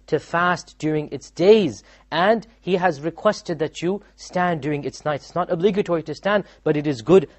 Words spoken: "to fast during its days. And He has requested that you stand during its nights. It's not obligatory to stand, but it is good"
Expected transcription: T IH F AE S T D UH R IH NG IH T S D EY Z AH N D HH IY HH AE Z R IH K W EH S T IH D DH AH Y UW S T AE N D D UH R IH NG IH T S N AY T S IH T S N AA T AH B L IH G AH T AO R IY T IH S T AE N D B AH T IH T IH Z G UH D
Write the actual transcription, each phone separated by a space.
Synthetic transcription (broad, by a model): T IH F AE S T D UH R IH NG IH T S D EY Z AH N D HH IY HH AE Z R IH K W EH S T IH D DH AH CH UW S T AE N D D UH R IH NG IH T S N AY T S IH T S N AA T AH B L IH G AH T AO R IY T IH S T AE N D B AH T IH T IH Z G UH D